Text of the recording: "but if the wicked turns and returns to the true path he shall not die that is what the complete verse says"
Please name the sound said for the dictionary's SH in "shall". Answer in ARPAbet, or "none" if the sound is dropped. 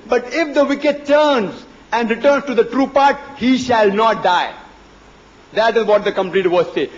SH